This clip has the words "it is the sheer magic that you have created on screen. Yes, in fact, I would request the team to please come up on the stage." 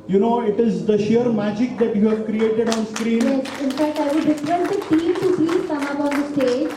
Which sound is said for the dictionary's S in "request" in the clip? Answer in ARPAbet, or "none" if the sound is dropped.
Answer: none